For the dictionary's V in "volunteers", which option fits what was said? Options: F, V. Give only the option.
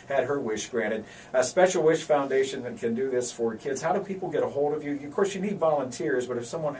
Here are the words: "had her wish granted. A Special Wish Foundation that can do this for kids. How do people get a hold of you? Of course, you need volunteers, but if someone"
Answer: V